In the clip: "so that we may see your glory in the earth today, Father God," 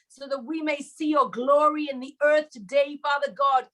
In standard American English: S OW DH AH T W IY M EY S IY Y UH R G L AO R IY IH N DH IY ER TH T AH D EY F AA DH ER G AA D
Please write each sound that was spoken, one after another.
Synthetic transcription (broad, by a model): S OW DH AH T W IY M EY S IY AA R G L AO R IY IH N DH IY ER TH T AH D EY F AA DH ER G AA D